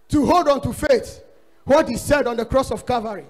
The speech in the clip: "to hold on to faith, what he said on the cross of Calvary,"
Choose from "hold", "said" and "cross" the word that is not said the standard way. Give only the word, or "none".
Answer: none